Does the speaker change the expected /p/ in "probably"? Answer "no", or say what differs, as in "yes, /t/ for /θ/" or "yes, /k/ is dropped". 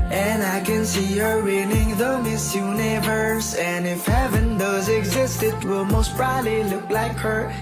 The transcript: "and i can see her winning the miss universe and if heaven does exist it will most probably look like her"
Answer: yes, /b/ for /p/